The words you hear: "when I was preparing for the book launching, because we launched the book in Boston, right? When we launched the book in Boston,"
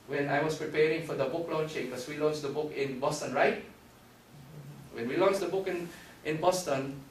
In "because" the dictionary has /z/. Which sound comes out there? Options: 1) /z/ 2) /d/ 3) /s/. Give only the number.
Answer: 3